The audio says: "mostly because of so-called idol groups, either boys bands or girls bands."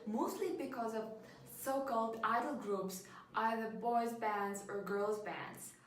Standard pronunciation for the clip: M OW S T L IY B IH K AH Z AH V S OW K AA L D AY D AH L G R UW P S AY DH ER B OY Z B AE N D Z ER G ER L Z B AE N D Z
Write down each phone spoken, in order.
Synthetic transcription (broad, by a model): M OW S T L IY B IH K AH Z AH V S OW K AA L D AY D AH L G R UW P S AY DH ER B OY Z B AE N D Z ER G ER L Z B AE N D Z